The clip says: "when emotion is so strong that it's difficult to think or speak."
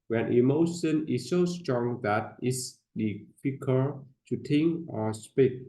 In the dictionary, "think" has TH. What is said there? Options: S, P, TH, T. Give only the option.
T